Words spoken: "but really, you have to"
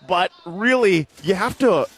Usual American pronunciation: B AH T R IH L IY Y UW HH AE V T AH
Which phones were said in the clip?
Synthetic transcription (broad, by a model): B AH T R IH L IY Y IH HH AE F T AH